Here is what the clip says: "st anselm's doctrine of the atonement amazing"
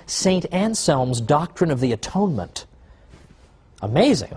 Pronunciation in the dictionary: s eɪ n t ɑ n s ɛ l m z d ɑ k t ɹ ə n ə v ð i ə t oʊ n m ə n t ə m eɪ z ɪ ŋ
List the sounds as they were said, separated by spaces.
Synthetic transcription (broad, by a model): s eɪ n t ɑ n s ɛ l m z d ɑ k t ɹ ə n ə v ð i ə t oʊ n m ə n t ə m eɪ z ɪ ŋ